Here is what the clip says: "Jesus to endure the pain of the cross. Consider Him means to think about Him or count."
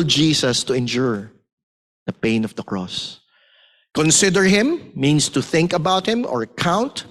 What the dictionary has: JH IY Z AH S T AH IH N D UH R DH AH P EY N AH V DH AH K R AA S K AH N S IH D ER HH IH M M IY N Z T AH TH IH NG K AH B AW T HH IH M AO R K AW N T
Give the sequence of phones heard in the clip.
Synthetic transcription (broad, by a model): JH IY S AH S T AH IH N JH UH R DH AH P EY N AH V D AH K R AA S K AH N S IH D ER HH IH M M IY N S T AH TH IH NG K AH B AW T HH IH M AO R K AW N T